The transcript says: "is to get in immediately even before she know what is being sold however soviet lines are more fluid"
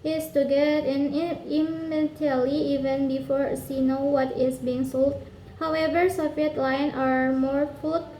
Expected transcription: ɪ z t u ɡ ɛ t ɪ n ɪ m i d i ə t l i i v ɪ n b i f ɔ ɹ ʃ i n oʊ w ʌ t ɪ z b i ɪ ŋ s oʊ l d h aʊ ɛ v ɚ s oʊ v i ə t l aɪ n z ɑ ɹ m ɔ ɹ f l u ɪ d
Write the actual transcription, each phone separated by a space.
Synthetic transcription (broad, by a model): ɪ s t u ɡ ɛ t ɪ n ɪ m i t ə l i i v ɪ n b i f ɔ ɹ s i n oʊ w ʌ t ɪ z b i ɪ ŋ s oʊ l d h aʊ ɛ v ɚ s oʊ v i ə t l aɪ n ɑ ɹ m ɔ ɹ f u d